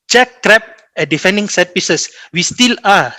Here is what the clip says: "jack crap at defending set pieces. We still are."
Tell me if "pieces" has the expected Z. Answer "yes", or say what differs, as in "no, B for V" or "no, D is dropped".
no, S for Z